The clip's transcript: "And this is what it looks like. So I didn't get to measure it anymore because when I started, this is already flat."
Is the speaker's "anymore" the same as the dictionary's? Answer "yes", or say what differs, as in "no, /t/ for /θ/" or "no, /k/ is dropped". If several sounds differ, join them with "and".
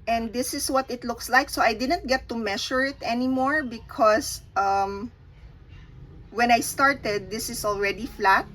yes